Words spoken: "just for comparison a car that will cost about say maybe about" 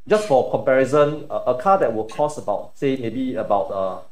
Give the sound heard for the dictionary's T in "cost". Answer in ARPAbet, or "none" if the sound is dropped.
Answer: none